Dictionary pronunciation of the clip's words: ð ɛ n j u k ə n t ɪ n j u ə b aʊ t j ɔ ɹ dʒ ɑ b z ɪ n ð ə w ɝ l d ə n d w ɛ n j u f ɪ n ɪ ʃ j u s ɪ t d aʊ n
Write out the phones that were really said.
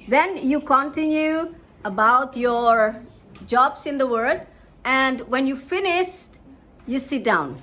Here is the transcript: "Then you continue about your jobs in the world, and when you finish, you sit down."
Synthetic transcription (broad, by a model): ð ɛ n j u k ə n t ɪ n j u ə b aʊ t j ɔ ɹ dʒ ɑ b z ɪ n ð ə w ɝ d ə n d w ɛ n j u f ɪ n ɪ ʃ j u s ɪ t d aʊ n